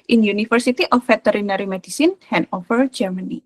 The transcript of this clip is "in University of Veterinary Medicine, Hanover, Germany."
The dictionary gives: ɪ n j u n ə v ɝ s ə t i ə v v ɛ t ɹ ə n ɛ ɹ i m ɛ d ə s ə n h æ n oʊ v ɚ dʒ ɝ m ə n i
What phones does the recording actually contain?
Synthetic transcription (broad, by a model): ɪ n j u n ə f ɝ s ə t i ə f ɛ t ɹ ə n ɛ ɹ i m ɛ d ə s ə n h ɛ n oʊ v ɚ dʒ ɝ m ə n i